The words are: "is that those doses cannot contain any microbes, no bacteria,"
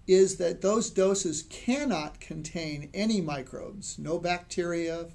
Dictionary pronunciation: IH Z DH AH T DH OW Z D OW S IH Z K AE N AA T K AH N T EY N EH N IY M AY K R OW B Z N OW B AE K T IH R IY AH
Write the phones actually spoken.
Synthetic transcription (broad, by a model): IH Z DH AH T DH OW Z D OW S IH Z K AE N AA T K AH N T EY N EH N IY M AY K R OW B Z N OW B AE K T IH R IY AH